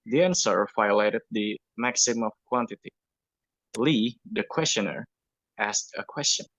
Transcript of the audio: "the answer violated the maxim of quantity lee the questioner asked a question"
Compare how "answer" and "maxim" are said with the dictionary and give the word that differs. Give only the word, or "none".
none